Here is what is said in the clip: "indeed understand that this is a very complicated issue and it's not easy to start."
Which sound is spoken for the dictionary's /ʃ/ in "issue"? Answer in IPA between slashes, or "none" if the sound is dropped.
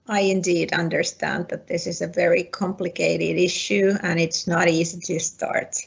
/ʃ/